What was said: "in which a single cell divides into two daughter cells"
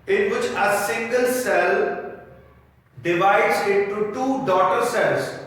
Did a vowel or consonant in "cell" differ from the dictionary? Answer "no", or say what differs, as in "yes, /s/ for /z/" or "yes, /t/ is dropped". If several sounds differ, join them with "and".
no